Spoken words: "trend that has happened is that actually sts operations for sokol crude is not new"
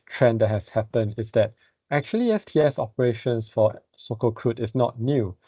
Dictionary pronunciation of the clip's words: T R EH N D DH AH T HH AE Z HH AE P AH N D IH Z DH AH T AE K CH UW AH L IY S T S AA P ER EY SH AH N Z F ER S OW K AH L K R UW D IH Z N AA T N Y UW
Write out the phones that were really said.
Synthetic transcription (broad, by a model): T R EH N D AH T HH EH S HH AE P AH N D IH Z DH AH T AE K CH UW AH L IY S T S AA P ER EY SH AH N S F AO S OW K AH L K R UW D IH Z N AA T N Y UW